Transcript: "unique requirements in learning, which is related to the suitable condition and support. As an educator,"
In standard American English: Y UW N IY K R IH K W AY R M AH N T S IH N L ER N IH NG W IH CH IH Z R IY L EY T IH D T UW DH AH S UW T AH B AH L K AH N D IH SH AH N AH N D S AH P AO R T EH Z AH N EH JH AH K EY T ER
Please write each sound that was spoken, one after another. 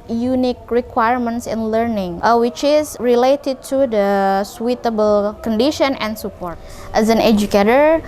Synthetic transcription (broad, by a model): Y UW N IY K R IH K W AY R M AH N T S IH N L ER N IH NG W IH CH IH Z R IY L EY T IH D T UW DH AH S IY T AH B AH L K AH N D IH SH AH N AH N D S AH P AO R T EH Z AH N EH JH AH K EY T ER